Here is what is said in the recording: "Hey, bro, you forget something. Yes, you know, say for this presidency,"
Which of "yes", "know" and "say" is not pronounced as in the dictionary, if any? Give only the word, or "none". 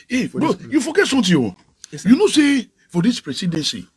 yes